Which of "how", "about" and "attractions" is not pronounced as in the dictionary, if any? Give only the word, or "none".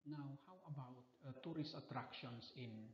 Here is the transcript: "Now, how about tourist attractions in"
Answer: attractions